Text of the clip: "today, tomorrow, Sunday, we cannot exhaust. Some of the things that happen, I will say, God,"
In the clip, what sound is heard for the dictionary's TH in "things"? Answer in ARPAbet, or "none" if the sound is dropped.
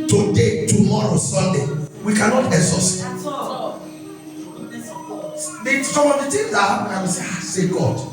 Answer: T